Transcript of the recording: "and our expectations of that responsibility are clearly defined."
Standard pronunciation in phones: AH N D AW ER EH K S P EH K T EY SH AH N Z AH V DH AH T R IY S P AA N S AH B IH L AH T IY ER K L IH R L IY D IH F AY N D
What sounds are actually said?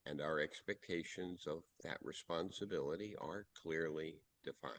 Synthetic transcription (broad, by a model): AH N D AW ER EH K S P EH K T EY SH AH N Z AH V DH AH T R IY S P AA N S AH B IH L AH T IY ER K L IH R L IY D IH F AY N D